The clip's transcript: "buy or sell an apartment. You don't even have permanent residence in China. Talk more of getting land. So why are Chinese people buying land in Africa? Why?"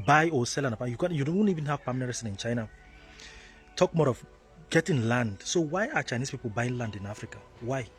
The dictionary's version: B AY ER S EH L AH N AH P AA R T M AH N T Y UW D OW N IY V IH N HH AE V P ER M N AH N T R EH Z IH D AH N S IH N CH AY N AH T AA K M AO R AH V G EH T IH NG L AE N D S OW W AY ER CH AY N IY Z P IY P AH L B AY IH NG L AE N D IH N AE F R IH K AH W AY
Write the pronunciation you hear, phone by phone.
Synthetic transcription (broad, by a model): B AY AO S EH L AH N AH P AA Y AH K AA Y UW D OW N IY V IH N HH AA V P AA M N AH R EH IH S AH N IH N CH AY N AH T AA K M AO R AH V G EH T IH NG L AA N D S OW W AY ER CH AY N IY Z P IY P AH L B AY IH NG L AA N D IH N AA F R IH K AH W AY